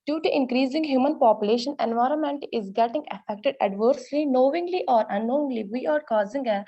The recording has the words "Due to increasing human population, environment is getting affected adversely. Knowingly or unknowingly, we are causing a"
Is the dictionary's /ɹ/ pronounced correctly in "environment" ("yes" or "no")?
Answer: yes